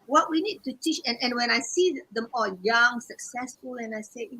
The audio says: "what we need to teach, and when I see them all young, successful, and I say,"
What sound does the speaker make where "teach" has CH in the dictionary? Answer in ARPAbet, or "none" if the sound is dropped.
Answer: CH